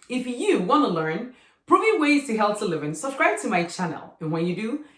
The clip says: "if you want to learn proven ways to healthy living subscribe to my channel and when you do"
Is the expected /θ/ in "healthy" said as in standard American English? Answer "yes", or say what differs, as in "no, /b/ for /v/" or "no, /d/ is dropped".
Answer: no, /t/ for /θ/